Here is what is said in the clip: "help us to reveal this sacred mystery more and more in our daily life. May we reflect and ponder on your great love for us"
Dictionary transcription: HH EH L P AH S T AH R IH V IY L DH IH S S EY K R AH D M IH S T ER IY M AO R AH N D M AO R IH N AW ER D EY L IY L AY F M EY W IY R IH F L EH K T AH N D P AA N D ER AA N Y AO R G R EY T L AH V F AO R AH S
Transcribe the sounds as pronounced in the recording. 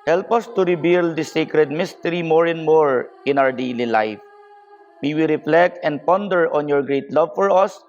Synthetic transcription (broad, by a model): HH EH L P AH S T AH R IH B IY L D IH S S EY K R AH D M IH S T ER IY M AO R AH N D M AO R IH N AW ER D EY L IY L AY F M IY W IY R IH F L EH K T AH N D P AA N D ER AA N Y AO R G R EY T L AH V F AO R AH S